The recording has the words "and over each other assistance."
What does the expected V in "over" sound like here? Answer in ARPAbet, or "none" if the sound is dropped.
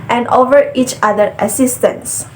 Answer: V